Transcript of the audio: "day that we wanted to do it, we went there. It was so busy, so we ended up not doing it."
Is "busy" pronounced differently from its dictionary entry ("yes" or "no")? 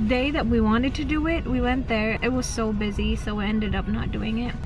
no